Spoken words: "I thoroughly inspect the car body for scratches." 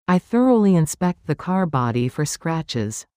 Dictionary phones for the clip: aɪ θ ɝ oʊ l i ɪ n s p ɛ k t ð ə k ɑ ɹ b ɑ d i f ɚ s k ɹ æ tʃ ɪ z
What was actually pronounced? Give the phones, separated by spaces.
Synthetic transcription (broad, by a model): aɪ θ ɝ oʊ l i ɪ n s p ɛ k t ð ə k ɑ ɹ b ɑ d i f ɚ s k ɹ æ tʃ ɪ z